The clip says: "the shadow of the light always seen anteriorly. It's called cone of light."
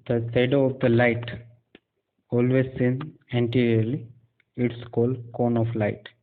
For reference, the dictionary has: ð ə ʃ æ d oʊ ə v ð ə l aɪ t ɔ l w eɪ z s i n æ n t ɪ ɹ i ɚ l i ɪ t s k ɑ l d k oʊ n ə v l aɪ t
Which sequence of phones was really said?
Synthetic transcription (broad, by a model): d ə s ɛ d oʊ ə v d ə l aɪ t ɔ l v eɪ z s i n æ n t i ɹ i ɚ l i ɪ t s k ɑ l d k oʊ n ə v l aɪ t